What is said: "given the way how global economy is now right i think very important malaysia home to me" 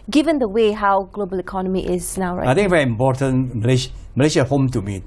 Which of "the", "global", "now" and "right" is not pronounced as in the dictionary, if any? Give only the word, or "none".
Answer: right